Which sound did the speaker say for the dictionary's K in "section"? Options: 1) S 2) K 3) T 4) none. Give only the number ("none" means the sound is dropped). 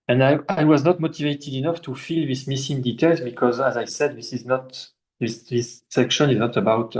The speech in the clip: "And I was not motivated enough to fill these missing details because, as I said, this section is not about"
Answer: 2